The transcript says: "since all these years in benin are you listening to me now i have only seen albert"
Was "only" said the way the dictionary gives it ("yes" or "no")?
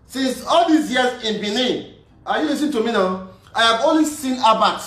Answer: no